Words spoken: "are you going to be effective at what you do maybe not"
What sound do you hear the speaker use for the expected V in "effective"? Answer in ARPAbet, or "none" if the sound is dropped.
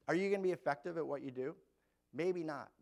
V